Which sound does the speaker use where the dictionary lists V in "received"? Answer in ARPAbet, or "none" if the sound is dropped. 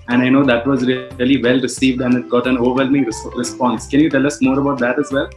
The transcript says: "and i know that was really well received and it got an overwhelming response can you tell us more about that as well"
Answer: V